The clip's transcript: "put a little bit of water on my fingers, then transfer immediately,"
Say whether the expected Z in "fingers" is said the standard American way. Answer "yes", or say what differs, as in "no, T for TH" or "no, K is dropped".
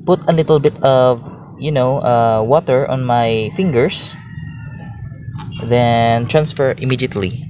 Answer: no, S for Z